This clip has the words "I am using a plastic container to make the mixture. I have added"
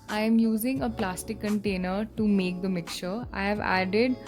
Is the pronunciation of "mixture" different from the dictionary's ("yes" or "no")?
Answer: yes